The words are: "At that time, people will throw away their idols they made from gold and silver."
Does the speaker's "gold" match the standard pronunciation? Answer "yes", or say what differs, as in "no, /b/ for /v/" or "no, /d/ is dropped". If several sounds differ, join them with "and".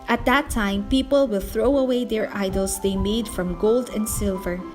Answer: yes